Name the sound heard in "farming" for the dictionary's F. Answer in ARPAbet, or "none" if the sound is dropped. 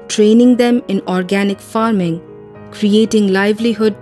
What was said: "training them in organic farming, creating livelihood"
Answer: F